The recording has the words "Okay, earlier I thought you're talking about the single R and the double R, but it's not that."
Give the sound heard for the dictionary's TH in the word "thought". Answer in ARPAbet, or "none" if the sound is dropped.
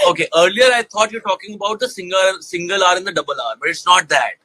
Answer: T